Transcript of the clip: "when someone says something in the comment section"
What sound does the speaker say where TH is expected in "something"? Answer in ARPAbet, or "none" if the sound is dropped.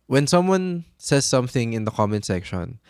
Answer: TH